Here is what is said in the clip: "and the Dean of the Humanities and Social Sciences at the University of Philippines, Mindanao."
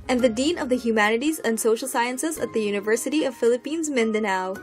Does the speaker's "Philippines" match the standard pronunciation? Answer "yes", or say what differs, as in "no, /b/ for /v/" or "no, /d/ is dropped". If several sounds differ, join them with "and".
yes